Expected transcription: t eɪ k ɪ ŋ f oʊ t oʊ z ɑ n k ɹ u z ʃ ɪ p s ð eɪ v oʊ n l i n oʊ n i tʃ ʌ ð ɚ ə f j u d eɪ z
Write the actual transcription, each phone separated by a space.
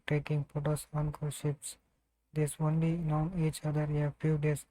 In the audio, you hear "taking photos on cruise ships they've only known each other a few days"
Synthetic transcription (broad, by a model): t eɪ k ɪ ŋ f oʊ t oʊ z ɑ n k ɔ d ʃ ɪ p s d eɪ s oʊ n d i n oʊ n i tʃ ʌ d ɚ ə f j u d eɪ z